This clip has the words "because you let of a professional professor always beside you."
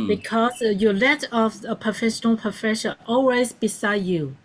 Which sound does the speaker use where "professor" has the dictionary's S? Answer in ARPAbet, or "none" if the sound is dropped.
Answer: SH